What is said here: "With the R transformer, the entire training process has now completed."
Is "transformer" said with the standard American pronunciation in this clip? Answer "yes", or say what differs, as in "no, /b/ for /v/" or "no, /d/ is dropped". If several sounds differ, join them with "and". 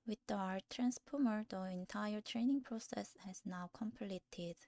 no, /p/ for /f/